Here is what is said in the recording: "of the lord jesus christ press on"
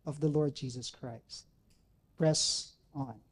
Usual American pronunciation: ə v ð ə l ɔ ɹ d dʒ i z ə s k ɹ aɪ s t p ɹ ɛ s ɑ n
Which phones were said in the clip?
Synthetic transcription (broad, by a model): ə v ð ə l ɔ ɹ d dʒ i z ə s k ɹ aɪ s t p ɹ ɛ s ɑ n